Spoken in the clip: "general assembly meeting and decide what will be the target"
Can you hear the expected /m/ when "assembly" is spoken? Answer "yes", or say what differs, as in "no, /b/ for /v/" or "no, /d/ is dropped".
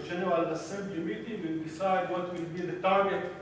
no, /m/ is dropped